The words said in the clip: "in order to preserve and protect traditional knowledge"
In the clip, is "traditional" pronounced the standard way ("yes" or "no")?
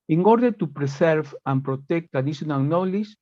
no